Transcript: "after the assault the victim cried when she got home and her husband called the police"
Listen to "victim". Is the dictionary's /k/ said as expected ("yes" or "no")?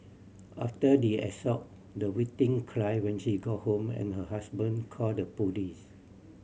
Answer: no